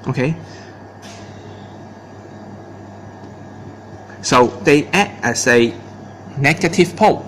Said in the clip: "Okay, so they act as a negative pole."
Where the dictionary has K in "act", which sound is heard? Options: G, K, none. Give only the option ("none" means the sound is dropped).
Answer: none